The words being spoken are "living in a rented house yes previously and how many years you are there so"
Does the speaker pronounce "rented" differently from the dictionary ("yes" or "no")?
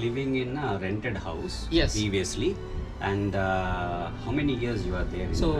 no